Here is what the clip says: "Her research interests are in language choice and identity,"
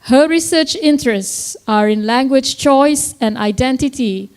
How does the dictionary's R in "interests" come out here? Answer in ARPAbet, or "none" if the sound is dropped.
R